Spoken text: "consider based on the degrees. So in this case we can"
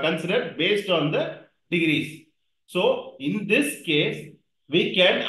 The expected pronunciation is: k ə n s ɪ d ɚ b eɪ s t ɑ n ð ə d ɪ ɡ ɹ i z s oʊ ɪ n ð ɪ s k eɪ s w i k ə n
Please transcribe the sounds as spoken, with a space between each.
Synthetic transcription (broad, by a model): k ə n s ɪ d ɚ b eɪ s t ɑ n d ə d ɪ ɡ ɹ i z s oʊ ɪ n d ɪ s k eɪ s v i k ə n